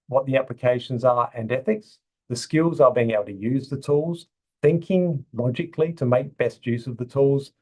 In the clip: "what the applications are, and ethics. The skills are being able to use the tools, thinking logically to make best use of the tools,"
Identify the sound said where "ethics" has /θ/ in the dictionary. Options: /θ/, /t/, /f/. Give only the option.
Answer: /θ/